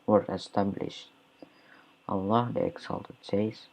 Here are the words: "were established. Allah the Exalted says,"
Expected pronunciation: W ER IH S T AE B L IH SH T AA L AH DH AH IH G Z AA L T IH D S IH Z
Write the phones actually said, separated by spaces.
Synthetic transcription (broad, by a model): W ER IH S T AE B L IH SH T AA L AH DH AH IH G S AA L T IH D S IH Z